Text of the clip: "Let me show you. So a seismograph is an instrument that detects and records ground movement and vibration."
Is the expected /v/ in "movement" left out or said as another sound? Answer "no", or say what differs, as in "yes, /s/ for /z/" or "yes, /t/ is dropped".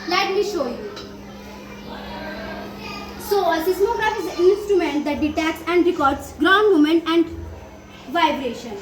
yes, /v/ is dropped